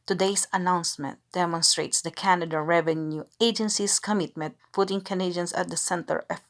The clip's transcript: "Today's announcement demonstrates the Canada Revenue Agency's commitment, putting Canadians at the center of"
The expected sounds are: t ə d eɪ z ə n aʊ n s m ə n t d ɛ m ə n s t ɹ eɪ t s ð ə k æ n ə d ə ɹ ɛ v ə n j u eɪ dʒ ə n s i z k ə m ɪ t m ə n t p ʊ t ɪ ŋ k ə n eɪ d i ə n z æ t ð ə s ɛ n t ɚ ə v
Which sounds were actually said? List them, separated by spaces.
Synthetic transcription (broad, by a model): t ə d eɪ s ə n aʊ n s m ə n t d ɛ m ə n s t ɹ eɪ t s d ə k æ n ə d ə ɹ ɛ v ə n j u eɪ dʒ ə n s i s k ə m ɪ t m ə n t f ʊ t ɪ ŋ k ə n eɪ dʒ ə n s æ t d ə s ɛ n t ɚ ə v